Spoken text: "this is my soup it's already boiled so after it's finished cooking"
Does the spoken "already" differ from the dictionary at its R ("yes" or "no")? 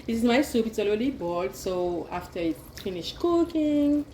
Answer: yes